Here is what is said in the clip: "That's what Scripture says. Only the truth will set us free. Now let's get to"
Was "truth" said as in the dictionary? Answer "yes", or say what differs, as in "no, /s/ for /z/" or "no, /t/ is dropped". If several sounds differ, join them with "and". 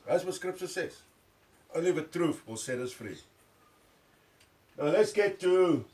no, /f/ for /θ/